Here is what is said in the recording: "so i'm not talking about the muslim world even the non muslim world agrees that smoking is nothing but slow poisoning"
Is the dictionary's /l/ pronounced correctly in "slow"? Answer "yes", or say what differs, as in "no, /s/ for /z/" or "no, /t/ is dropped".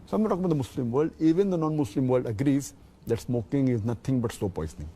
no, /l/ is dropped